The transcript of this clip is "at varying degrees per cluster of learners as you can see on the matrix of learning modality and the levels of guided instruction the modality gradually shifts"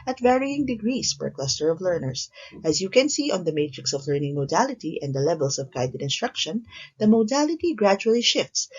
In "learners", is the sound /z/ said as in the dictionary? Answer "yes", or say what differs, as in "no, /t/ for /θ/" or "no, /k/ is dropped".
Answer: no, /s/ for /z/